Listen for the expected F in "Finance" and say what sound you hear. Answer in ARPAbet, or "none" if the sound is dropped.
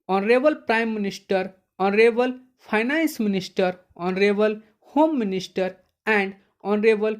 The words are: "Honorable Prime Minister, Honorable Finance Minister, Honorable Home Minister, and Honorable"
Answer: P